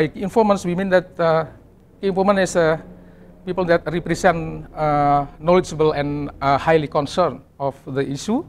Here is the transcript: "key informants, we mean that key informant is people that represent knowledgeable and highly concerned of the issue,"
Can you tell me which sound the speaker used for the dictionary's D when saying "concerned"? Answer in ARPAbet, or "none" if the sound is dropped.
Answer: none